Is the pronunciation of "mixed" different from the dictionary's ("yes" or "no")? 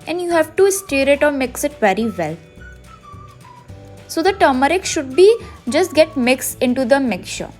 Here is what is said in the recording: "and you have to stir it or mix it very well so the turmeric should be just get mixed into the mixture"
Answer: yes